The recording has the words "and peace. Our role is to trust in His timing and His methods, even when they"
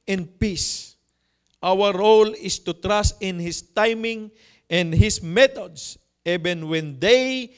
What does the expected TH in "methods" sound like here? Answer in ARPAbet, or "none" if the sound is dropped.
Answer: T